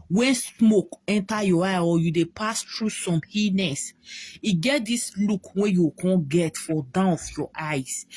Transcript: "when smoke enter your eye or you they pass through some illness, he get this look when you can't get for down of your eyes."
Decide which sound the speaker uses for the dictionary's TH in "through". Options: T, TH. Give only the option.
T